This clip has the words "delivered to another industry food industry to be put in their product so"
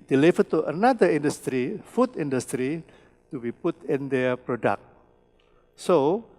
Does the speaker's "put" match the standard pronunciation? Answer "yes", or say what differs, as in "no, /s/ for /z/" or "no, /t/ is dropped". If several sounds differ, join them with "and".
yes